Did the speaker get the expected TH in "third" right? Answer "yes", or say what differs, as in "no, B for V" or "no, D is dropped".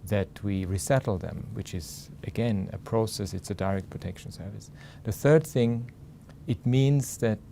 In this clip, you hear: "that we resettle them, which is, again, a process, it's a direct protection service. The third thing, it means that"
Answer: yes